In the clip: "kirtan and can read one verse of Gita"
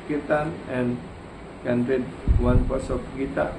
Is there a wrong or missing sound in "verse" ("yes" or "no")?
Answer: yes